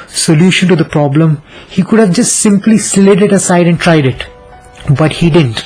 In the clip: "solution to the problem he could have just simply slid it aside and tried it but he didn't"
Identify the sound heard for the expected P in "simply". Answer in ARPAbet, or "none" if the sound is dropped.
P